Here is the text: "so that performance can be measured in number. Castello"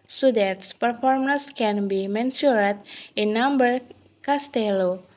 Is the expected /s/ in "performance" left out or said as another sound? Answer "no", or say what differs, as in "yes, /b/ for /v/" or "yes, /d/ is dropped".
no